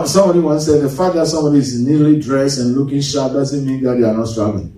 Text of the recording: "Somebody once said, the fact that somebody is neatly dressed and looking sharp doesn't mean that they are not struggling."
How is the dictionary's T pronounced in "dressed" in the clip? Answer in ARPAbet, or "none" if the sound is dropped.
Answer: none